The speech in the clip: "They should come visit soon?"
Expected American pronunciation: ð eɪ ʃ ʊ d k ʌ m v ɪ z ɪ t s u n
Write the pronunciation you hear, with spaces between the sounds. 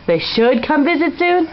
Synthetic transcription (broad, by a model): ð eɪ ʃ ʊ d k ʌ m v ɪ z ɪ t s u n